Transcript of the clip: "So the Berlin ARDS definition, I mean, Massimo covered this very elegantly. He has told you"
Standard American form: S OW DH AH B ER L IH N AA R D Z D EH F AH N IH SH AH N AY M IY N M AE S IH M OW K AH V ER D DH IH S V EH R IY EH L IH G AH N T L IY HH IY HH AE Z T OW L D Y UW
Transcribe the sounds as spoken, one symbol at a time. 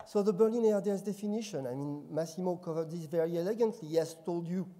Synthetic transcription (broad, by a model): S OW DH AH B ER L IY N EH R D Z D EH F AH N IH SH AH N AY M IY N M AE S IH M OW K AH V ER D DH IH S V EH R IY EH L IH G AH N T L IY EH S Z T OW L D Y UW